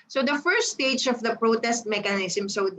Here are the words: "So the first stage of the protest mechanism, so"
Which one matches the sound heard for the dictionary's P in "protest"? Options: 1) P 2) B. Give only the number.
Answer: 1